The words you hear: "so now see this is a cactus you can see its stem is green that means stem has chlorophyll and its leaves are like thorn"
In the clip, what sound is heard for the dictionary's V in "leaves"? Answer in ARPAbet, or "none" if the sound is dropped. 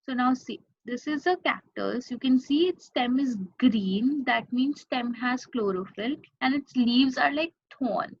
V